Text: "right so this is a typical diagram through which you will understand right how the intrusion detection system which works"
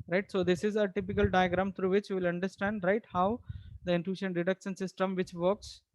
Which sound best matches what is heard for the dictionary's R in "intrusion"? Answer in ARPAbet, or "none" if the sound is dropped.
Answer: none